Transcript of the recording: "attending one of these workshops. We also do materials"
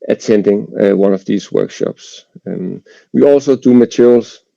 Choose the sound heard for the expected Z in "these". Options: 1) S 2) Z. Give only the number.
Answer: 1